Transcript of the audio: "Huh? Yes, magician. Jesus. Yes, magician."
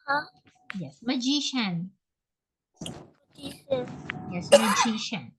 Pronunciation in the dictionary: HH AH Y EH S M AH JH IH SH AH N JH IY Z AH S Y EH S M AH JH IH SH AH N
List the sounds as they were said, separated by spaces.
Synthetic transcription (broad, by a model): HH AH Y EH S M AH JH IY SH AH N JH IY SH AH Y EH S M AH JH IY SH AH N